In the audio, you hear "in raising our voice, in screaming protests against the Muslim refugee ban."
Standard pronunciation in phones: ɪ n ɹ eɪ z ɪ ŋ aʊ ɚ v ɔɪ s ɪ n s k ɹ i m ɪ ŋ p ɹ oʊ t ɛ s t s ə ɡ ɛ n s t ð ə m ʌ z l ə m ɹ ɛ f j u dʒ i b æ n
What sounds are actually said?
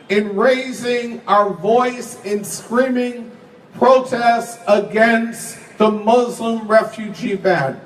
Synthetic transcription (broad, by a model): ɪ n ɹ eɪ z ɪ ŋ aʊ ɚ v ɔɪ s ɪ n s k ɹ i m ɪ ŋ p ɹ oʊ t ɛ s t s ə ɡ ɛ n s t ð ə m ʌ z l ə m ɹ ɛ f j u dʒ i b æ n